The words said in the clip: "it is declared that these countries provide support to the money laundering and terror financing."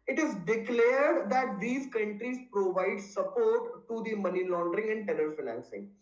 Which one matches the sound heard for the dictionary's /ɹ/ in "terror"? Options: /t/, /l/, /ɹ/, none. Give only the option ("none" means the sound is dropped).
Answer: /l/